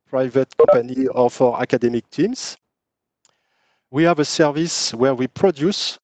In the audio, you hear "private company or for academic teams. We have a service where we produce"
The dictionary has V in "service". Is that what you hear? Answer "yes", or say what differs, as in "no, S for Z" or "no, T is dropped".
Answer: yes